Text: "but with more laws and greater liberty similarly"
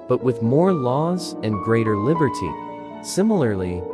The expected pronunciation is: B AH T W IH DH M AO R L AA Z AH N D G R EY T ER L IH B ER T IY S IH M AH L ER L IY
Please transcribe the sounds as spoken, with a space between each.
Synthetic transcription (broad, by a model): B AH T W IH DH M AO R L AA Z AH N G R EY T ER L IH B ER T IY S IH M L ER L IY